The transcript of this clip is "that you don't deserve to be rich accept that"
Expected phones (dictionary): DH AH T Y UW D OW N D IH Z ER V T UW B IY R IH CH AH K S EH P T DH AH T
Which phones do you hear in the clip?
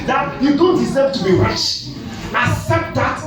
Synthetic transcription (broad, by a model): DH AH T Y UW D OW N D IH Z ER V T UW B IY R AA SH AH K S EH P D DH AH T